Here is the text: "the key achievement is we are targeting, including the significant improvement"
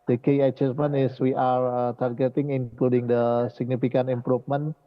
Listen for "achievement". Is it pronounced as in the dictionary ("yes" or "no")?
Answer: no